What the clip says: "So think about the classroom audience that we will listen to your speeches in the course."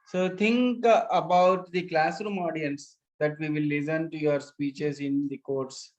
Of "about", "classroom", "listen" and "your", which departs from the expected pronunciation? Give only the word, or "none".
none